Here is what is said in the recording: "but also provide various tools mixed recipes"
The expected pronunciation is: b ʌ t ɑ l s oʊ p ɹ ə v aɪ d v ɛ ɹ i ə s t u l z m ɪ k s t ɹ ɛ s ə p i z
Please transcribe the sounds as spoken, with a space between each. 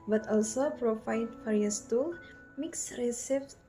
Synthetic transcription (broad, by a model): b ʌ t ɑ l s oʊ p ɹ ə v aɪ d f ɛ ɹ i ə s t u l m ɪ k s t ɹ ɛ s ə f